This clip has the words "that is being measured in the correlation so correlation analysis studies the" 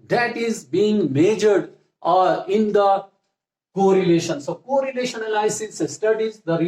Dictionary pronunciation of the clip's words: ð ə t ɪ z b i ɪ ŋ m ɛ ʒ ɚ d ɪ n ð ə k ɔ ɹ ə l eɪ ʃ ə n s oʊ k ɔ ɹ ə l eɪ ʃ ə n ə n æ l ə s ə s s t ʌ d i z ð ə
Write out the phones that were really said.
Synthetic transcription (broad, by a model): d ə t ɪ z b i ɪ ŋ m ɛ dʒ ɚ d ɪ n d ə k ɔ ɹ ə l eɪ ʃ ə n s oʊ k ɔ ɹ ə l eɪ ʃ ə n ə l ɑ ə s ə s s t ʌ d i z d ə